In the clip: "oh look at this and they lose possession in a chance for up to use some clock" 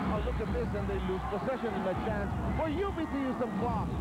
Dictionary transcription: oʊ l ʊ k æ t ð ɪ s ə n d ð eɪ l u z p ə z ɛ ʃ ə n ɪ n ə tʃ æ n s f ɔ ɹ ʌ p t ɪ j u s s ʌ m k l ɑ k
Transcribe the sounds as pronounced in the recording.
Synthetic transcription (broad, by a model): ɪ l ʊ k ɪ t ð ɪ s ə n ð eɪ l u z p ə s ɛ ʃ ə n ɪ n ə tʃ æ n s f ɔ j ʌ b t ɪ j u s s ʌ m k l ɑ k